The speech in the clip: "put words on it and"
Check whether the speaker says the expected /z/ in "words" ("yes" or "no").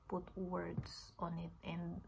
no